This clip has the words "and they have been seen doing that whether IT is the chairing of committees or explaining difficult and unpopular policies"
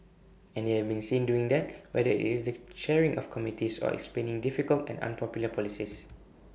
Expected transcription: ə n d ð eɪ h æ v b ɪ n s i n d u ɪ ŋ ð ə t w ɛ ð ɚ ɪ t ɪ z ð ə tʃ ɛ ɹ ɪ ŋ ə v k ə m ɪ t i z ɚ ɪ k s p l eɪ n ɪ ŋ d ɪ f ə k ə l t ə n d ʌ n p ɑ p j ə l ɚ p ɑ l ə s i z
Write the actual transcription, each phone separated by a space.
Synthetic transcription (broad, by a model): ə n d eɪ h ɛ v b ɪ n s i n d u ɪ ŋ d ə t w ɛ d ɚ ɪ t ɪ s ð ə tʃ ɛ ɹ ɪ ŋ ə f k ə m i t i s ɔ ɪ k s p l eɪ n ɪ ŋ d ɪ f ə k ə l t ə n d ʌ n p ɑ p j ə l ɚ p ɑ l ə s i s